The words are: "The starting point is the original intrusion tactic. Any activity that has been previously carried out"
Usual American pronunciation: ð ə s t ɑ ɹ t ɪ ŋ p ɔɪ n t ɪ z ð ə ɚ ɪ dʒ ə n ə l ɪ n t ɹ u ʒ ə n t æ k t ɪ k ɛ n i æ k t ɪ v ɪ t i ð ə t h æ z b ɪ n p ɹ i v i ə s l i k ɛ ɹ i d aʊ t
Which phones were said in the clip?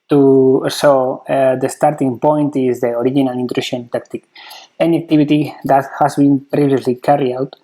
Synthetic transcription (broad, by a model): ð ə s t ɑ ɹ t ɪ ŋ p ɔɪ n t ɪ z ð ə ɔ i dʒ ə n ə l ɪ n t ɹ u ʃ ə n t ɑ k t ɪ k ɛ n i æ k t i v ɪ t i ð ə t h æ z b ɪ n p ɹ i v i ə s l i k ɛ ɹ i aʊ t